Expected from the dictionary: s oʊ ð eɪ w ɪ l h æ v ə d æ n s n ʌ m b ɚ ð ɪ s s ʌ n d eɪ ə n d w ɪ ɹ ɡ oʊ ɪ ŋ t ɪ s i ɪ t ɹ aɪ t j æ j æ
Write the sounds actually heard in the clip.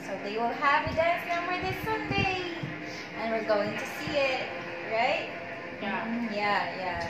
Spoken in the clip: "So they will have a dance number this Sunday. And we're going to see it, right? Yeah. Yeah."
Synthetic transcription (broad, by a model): s oʊ ð eɪ w ɪ l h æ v ə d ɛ s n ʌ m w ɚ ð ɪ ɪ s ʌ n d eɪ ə n w ɪ ɹ ɡ oʊ ɪ ŋ t ɪ s i ɪ t ɹ aɪ t j æ j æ